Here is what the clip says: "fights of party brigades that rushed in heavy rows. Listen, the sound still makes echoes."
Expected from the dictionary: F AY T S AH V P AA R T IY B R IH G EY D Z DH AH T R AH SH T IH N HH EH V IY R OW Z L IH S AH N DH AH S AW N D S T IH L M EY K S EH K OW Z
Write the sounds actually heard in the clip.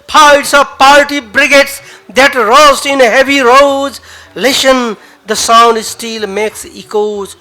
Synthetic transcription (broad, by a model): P AY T S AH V P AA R T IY B R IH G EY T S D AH T R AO S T IH N HH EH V IY R OW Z L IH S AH N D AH S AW N D S T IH L M EY K S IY K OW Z